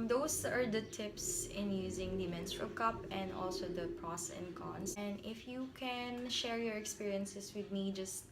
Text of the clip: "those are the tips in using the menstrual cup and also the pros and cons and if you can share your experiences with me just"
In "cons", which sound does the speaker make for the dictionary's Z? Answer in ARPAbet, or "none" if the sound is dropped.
S